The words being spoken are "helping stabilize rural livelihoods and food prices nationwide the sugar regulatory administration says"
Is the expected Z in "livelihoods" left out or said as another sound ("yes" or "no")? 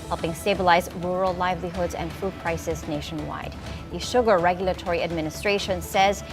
no